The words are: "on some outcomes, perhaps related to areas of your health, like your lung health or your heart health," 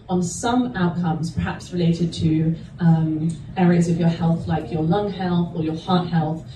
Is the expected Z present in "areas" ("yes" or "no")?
yes